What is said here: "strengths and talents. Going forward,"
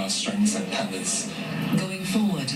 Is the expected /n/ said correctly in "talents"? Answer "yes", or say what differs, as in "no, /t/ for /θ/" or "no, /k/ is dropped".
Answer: no, /n/ is dropped